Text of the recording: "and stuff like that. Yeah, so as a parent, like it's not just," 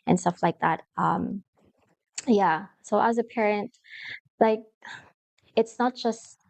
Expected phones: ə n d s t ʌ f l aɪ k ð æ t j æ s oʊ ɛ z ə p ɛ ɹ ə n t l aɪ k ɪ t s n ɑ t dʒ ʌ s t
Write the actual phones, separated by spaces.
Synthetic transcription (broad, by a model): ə n s t ʌ f l aɪ k ð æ t j æ s oʊ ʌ z ə p ɛ ɹ ə n t l aɪ k ɪ t s n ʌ t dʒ ʌ s t